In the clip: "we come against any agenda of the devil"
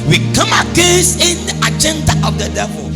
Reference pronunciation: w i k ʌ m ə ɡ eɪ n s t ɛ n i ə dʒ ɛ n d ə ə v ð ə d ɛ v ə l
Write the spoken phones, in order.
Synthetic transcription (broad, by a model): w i k ʌ m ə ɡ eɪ s ɪ n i ə dʒ ɛ n d ə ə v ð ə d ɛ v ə